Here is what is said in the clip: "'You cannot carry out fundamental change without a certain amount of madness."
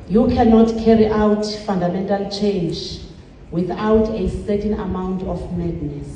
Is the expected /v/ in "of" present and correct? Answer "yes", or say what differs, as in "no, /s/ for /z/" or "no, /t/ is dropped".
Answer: no, /f/ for /v/